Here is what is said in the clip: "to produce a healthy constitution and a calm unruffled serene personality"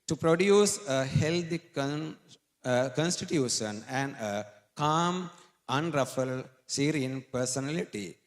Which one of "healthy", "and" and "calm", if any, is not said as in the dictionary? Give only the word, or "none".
healthy